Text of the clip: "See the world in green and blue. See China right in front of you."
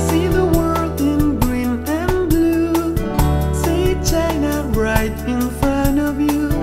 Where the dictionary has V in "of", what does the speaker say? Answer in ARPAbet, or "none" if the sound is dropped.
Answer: V